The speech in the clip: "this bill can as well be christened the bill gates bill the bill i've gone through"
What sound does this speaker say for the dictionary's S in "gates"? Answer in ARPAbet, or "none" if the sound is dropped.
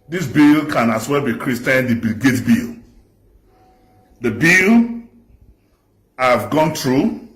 none